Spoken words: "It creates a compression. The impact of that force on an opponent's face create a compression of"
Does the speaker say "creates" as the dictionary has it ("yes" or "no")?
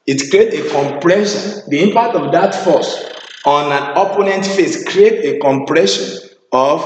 no